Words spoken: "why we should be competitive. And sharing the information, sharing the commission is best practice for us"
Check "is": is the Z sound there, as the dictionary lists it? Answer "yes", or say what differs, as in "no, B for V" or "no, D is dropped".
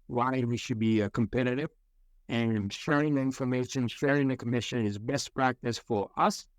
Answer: yes